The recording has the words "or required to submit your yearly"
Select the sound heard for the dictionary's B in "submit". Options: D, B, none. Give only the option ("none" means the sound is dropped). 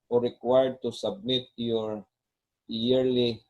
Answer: B